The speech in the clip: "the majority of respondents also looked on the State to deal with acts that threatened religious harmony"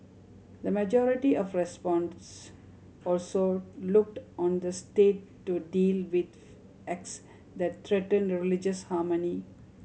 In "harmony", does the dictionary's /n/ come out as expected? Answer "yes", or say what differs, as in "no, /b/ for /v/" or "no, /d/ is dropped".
yes